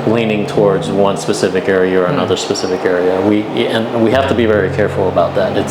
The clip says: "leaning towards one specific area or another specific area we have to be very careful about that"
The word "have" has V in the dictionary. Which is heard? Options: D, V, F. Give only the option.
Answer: F